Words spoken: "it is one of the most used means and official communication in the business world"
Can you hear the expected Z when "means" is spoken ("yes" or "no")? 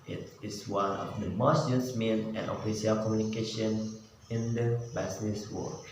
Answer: no